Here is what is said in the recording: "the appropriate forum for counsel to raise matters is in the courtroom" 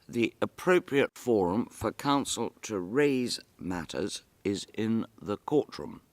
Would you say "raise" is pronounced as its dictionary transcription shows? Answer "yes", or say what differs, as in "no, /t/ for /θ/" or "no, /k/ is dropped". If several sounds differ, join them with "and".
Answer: yes